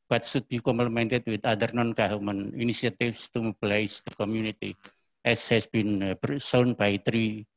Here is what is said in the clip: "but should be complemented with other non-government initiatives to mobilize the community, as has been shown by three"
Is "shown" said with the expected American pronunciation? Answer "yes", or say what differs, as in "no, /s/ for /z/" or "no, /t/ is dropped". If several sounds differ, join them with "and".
no, /s/ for /ʃ/